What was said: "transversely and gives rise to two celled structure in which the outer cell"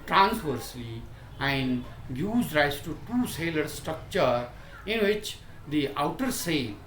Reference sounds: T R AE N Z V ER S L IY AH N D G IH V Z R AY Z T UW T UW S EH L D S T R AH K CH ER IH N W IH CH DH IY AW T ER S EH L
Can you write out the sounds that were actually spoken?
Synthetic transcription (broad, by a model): T R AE N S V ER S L IY AH N D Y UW Z R AY S T UW T UW S EH L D S T R AH K CH ER IH N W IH CH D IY AW T ER S EH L